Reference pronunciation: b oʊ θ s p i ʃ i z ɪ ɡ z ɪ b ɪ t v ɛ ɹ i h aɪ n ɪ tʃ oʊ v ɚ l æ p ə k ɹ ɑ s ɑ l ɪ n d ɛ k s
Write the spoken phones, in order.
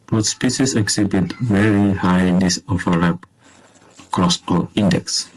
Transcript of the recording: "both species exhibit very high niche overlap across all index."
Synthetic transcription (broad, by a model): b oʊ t s p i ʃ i s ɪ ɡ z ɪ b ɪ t v ɛ ɹ i h aɪ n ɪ s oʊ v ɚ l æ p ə k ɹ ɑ s ɑ l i n d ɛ k s